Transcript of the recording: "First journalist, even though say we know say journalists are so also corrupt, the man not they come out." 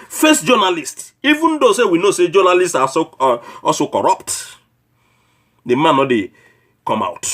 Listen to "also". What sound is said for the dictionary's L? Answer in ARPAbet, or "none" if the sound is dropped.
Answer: none